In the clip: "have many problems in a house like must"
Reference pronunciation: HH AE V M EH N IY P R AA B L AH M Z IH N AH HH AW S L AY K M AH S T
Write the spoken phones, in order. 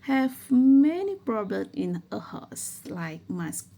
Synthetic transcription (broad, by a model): HH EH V M EH N IY P R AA B L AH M IH N AH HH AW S L AY K M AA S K